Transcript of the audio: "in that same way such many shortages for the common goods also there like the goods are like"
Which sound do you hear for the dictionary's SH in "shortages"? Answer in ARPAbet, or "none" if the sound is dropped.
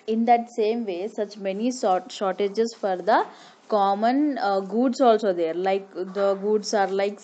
S